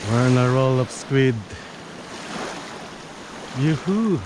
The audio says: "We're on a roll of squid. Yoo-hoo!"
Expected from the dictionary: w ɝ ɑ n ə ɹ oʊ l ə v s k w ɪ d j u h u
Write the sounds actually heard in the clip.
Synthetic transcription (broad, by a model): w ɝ n ə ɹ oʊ l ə p s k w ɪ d j u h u